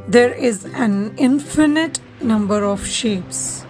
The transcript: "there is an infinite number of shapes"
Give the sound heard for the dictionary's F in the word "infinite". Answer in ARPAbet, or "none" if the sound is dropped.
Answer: F